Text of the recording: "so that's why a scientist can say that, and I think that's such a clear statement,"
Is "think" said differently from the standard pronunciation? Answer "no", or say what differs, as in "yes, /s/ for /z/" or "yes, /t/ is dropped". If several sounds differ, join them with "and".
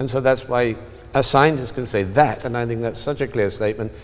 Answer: no